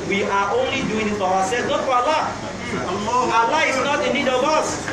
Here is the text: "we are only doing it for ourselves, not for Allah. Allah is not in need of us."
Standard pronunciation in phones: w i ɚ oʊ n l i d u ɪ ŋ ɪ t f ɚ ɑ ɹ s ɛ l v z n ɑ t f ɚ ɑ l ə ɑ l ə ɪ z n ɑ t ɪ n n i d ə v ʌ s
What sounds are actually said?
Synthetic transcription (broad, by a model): w i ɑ oʊ n l i d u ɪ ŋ ɪ t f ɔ ɑ w s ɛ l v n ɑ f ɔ ɑ l ə ɑ l ə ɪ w n ɑ t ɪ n n i d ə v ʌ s